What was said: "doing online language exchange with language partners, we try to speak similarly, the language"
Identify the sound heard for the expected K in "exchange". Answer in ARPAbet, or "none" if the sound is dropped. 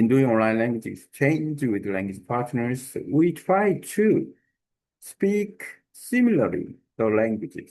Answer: none